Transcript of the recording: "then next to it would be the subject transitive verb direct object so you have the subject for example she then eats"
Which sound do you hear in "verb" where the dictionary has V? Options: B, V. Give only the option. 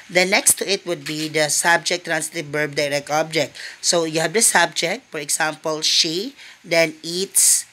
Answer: B